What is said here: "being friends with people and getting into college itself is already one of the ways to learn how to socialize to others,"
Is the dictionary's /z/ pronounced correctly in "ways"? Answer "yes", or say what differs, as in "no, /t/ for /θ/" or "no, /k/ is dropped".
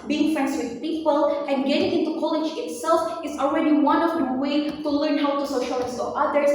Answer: no, /z/ is dropped